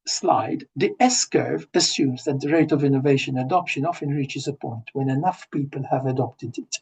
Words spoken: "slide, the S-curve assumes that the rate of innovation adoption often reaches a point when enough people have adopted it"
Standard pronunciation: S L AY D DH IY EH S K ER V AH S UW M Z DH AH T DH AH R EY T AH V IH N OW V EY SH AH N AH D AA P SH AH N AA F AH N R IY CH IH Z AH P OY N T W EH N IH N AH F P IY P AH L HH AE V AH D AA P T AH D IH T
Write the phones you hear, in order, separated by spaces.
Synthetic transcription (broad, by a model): S L AY D DH IY EH S K ER V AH S UW M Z DH AH T DH AH R EY T AH V IH N OW V EY SH AH N AH D AA P SH AH N AA F AH N R IY CH IH Z AH P OY N T W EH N IH N AH F P IY P AH L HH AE V AH D AA P T AH D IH T